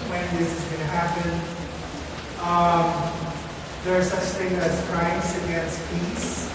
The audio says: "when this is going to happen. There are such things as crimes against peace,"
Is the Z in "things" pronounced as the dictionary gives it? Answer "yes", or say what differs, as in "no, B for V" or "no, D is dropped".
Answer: no, Z is dropped